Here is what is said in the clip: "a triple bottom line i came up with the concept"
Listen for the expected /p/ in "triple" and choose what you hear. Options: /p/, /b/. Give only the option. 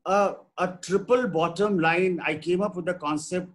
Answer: /p/